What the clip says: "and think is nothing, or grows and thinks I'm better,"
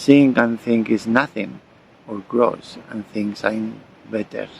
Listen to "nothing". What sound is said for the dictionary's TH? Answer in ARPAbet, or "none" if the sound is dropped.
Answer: TH